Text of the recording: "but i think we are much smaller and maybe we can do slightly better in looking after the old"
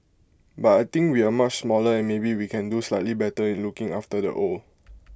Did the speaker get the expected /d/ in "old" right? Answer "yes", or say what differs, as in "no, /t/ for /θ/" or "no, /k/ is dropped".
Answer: no, /d/ is dropped